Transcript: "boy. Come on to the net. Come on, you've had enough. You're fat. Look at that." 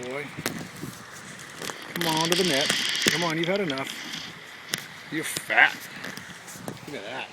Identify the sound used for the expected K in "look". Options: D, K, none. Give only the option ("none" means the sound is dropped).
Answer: none